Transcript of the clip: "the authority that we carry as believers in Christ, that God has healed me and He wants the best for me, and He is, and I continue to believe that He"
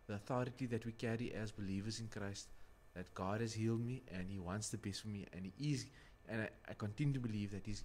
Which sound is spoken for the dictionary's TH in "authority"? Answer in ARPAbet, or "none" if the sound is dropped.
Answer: TH